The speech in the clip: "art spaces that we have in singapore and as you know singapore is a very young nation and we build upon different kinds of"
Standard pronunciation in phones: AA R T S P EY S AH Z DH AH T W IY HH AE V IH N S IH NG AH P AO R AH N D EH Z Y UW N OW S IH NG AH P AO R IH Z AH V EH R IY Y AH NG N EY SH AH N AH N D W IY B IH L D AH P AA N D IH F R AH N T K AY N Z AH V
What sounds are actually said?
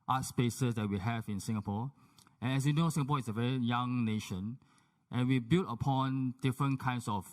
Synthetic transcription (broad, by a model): AA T S P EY S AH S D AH T W IY HH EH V IH N S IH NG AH P AO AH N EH S Y UW N OW S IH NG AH P AO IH S AH V EH R IY Y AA NG N EY SH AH N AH N W IY B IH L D AH P AA N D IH F R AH N K AY N S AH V